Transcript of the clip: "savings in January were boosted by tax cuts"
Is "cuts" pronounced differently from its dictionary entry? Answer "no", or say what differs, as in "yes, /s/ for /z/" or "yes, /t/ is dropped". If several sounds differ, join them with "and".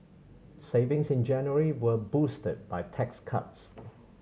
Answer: no